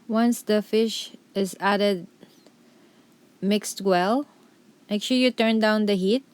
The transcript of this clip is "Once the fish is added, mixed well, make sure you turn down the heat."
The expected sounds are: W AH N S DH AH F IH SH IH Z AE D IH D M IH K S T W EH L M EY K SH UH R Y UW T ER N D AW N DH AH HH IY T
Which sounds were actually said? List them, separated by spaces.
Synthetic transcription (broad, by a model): W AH N S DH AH F IH SH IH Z AE D IH D M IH K S T W EH L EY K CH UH L Y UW T ER N D AW N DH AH HH IY T